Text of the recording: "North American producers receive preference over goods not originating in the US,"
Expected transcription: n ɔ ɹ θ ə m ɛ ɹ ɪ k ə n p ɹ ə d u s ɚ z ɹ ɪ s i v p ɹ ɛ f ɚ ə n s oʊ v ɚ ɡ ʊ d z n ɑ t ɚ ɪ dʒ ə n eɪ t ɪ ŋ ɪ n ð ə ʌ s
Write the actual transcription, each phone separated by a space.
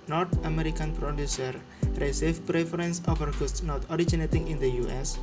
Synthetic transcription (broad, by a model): n ɔ ɹ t ə m ɛ ɹ ɪ k ə n p ɹ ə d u s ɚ ɹ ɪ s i f p ɹ ɛ f ɚ ə n s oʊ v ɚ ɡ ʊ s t n ɑ t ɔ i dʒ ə n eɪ t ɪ ŋ ɪ n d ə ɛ s